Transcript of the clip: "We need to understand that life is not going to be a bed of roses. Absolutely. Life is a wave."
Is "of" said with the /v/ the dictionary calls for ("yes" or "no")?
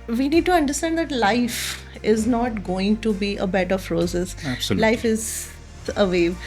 no